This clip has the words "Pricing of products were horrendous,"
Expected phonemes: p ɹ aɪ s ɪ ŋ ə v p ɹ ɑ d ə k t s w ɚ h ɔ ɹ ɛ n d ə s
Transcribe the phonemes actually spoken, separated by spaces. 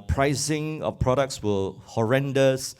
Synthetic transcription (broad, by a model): p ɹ aɪ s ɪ ŋ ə f p ɹ ɑ d ə k t s w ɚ h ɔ ɹ ɛ n d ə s